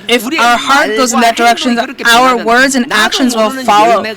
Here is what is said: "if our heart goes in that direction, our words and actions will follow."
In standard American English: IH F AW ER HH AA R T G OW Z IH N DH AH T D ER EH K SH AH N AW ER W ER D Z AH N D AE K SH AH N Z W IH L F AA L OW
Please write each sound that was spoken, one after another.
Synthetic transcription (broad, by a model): IH F AW ER HH AA R T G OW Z IH N DH AH T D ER EH K SH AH N AW ER W ER D Z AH N AE K SH AH N Z W IH L F AA L OW